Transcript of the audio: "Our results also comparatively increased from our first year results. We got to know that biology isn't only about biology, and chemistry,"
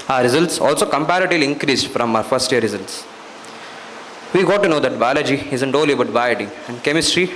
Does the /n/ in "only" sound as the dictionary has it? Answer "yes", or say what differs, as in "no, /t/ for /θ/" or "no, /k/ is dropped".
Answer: no, /n/ is dropped